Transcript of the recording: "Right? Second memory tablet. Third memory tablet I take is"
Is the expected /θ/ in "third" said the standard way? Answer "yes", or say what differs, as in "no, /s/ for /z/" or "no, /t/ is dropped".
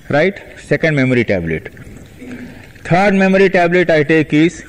no, /t/ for /θ/